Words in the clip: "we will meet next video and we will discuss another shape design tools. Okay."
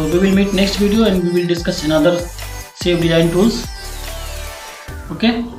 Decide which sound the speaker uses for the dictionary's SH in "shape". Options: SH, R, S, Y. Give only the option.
S